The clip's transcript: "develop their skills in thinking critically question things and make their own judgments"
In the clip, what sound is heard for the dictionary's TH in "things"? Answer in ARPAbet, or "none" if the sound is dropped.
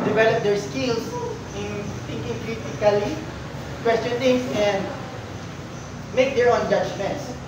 T